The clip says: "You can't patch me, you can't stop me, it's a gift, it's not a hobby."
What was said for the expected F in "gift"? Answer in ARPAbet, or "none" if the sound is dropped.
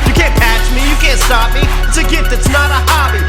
none